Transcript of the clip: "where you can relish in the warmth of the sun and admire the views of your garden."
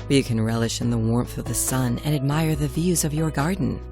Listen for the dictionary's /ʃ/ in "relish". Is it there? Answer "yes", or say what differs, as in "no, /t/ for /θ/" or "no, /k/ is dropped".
yes